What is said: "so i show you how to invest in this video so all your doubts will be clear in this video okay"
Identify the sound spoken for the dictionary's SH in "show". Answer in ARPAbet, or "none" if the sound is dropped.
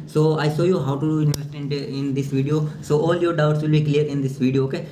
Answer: S